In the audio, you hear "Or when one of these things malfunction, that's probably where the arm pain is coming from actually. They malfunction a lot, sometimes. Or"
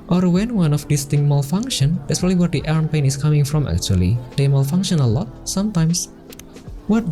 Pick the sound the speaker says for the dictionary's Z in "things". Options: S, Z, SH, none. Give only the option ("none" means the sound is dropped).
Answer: none